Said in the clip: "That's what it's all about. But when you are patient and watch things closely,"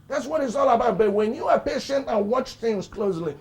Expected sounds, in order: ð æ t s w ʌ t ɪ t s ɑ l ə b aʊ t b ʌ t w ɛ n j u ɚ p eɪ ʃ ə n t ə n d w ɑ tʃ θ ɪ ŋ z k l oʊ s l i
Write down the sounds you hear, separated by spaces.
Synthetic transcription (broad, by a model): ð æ t s w ʌ t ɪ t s ɑ l ə b aʊ t b ʌ t w ɛ n j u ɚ p eɪ ʃ ə n t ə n w ɑ tʃ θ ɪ ŋ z k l oʊ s l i